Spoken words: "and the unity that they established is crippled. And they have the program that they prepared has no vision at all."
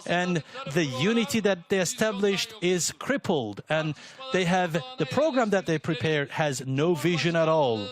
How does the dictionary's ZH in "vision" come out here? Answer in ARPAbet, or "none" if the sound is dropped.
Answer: ZH